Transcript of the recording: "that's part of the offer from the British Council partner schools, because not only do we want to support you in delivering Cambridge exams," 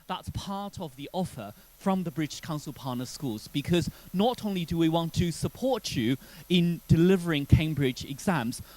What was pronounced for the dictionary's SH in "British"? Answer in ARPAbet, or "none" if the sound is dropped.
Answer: SH